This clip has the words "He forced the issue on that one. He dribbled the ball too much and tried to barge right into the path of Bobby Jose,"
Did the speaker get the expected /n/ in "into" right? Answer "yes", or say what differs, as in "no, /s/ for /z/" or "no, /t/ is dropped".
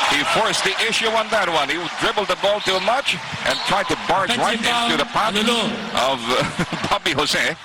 no, /n/ is dropped